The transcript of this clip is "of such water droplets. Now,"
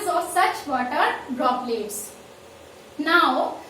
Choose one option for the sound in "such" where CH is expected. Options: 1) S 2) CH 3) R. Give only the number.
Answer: 2